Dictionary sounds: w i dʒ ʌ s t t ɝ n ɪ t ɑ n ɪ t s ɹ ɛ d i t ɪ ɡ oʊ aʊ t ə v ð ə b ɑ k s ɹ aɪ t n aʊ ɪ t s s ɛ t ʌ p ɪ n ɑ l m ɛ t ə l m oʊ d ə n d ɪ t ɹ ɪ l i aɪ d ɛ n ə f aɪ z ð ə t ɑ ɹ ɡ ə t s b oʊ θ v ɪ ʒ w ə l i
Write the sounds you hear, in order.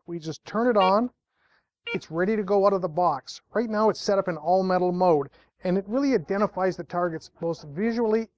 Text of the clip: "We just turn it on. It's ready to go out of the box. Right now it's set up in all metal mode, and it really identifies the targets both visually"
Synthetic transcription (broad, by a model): w i dʒ ʌ s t t ɝ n ɪ t n ɪ t s ɹ ɛ d i t ɪ ɡ oʊ aʊ t ə v ð ə b ɑ k s ɹ aɪ t n aʊ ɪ t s s ɛ t ʌ p ɪ n ɑ l m ɛ t l m oʊ d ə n ɪ t ɹ ɪ l i aɪ d ɛ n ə f aɪ z ð ə t ɑ ɹ ɡ ə t s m oʊ t v ɪ ʒ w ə l i